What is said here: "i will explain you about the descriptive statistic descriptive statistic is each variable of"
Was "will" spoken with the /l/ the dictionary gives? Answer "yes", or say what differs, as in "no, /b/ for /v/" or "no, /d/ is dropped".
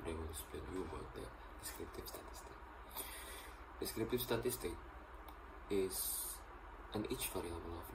no, /w/ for /l/